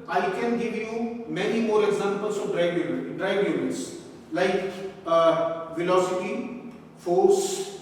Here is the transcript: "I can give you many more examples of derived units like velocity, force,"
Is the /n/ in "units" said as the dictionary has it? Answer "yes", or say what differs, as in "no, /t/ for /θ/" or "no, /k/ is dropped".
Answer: no, /l/ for /n/